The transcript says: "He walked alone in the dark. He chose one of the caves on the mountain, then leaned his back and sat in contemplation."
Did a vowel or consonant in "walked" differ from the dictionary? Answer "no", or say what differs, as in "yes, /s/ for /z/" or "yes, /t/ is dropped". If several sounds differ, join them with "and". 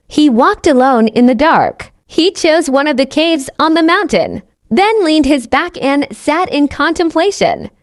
no